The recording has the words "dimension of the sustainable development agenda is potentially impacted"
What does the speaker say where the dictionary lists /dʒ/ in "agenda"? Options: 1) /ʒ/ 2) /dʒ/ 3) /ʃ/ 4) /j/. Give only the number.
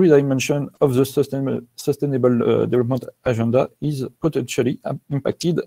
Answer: 1